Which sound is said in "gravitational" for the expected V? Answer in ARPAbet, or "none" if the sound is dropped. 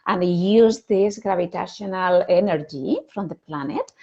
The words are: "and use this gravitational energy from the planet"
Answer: B